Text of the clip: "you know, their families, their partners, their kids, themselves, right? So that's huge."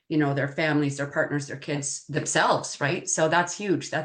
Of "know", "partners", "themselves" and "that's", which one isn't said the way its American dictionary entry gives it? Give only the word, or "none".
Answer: none